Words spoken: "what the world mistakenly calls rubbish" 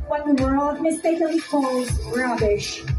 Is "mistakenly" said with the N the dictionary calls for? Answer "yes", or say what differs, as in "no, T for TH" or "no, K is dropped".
no, N is dropped